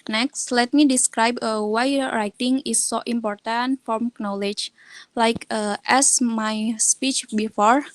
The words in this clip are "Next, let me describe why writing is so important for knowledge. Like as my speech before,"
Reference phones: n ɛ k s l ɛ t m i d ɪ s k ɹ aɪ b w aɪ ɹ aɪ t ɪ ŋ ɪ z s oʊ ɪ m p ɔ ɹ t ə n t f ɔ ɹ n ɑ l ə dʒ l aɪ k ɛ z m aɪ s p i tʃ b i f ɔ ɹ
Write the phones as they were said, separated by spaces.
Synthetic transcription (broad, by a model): n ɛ k s l ɛ t m i d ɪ s k ɹ aɪ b w aɪ ɹ aɪ t ɪ ŋ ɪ s oʊ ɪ m p ɔ ɹ t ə n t f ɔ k n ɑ l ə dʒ l aɪ k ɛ s m aɪ s p i tʃ b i f ɔ ɹ